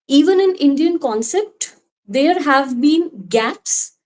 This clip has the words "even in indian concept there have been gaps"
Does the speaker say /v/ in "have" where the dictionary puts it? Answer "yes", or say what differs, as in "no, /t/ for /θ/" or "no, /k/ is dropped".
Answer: yes